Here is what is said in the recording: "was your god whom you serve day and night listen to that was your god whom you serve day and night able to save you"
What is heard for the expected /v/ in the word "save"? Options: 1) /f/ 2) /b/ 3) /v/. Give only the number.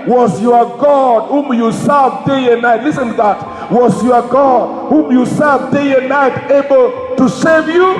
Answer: 3